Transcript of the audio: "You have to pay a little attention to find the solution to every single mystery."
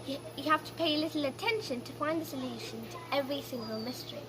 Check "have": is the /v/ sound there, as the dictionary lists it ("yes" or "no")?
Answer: no